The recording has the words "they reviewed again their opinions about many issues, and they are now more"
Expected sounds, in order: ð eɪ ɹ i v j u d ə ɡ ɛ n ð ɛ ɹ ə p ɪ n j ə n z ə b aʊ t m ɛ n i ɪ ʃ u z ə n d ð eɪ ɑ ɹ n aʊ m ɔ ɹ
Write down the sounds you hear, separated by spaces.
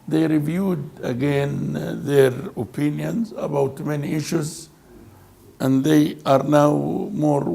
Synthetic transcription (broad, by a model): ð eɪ ɹ i v j u d ə ɡ ɛ n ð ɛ ɹ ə p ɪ n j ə n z ə b aʊ t m ɛ n i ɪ ʃ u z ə n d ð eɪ ɑ ɹ n aʊ m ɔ ɹ